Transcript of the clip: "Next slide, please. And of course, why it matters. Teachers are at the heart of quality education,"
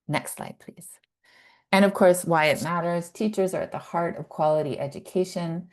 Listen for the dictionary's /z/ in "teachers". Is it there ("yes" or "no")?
yes